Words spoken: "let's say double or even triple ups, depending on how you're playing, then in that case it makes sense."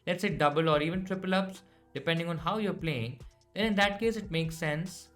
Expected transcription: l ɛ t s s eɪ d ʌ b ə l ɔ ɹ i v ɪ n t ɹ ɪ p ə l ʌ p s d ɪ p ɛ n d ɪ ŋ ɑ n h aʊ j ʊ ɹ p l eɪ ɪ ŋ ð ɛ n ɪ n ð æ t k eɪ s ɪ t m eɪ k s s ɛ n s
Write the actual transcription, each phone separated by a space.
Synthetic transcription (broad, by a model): l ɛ t s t d ʌ b ə l ɔ ɹ i v ɪ n t ɹ ɪ p ə l ʌ p s d ɪ p ɛ n d ɪ ŋ ɑ n h aʊ j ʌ ɹ p l eɪ ɪ ŋ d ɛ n ɪ n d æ t k eɪ s ɪ t m eɪ k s s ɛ n s